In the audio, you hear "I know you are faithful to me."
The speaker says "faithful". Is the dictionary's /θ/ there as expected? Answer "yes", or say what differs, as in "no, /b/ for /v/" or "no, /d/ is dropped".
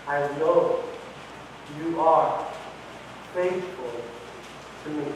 no, /s/ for /θ/